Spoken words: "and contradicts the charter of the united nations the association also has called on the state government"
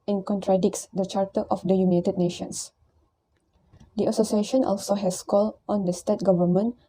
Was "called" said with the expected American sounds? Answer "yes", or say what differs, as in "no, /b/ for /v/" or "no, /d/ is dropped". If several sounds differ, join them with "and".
no, /d/ is dropped